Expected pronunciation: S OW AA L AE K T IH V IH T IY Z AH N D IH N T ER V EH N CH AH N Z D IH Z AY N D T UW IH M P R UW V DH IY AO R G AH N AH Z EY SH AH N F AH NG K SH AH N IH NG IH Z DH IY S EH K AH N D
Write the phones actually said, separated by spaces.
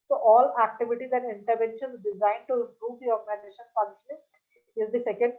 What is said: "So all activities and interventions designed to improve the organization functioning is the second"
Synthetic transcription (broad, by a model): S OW AA L AE K T IH V IH T IY Z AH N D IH N T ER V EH N SH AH N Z D IH Z AY N D T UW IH P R UW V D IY AO R G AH N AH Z EY SH AH N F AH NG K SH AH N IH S IH Z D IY S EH K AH N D